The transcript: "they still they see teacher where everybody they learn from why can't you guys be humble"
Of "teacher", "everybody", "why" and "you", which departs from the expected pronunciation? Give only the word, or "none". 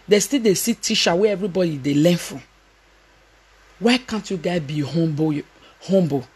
teacher